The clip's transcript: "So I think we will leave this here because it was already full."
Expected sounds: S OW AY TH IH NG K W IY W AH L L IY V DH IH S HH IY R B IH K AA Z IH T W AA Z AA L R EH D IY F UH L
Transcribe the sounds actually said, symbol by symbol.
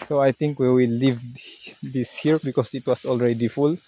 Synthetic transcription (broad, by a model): S OW AY T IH NG K W IY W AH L L IY V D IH S HH IY R B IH K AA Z IH T W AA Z AA L R EH D IY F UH L